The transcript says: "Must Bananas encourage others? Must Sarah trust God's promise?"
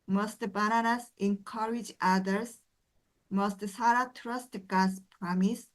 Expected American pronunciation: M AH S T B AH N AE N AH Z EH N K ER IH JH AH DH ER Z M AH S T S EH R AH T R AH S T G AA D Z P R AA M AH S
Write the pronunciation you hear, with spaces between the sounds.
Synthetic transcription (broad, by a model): M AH S T B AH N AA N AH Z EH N K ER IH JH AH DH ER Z M AH S T S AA R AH T R AH S T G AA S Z P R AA M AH S